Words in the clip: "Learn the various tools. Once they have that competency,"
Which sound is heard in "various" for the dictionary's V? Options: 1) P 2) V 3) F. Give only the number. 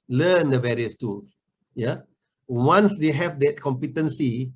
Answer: 2